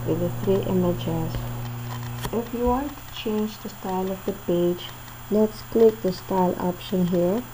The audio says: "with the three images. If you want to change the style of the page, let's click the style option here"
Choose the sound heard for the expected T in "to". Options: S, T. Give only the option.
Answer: T